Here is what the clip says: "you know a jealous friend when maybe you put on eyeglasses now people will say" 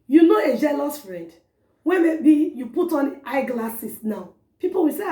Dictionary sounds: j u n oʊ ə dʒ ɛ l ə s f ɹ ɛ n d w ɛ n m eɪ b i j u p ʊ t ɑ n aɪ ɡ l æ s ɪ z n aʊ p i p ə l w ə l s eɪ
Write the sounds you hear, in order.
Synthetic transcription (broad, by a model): j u n oʊ ə dʒ ɛ l ə s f ɹ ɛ d w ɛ m eɪ b i j u p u t ɑ n aɪ ɡ l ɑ s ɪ s n aʊ p i p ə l w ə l s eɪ